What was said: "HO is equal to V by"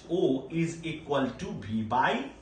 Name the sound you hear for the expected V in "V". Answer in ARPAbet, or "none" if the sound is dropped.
B